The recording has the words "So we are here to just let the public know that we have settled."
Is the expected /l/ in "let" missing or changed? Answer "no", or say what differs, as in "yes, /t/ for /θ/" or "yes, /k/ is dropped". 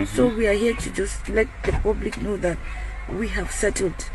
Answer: no